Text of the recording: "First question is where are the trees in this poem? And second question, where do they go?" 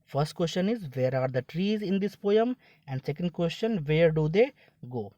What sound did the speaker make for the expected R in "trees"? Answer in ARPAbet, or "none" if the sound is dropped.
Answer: R